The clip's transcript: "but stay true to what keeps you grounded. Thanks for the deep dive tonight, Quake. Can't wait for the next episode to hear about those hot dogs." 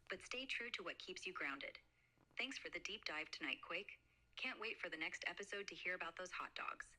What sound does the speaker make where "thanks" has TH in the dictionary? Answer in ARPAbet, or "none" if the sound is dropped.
TH